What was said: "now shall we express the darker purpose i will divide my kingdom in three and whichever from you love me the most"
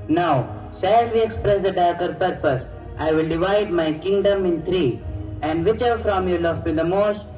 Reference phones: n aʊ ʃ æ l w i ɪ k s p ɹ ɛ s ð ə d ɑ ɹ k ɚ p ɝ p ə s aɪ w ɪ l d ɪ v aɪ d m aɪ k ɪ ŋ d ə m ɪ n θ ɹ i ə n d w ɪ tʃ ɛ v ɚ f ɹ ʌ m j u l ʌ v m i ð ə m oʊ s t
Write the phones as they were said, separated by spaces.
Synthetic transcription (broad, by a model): n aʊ s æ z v i ɪ k s p ɹ ɛ s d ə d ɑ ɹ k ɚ p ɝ p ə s aɪ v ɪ l d ɪ v aɪ d m aɪ k ɪ ŋ d ə m ɪ n t ɹ i ə n d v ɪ tʃ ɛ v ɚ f ɹ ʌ m j u l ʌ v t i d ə m oʊ s t